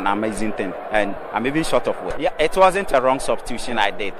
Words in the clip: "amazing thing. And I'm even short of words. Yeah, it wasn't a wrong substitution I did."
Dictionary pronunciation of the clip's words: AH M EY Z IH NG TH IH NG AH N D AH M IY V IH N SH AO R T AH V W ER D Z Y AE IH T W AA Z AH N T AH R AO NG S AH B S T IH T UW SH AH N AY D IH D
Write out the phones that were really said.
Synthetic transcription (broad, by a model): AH M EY Z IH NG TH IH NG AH N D AH M IY V IH N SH AO T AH F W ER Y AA IH T W AA Z AH N T AH R AO NG S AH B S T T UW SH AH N AY D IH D